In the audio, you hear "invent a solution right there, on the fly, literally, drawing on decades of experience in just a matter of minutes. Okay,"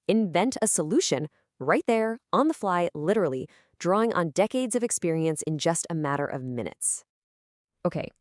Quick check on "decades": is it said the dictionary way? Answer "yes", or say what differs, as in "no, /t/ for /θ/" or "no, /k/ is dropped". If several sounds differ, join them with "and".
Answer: yes